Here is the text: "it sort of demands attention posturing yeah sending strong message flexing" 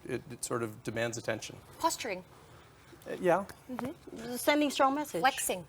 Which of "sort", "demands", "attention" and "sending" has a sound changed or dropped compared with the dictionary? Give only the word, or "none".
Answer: none